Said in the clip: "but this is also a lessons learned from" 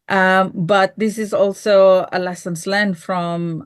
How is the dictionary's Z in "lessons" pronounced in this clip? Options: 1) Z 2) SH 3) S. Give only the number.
3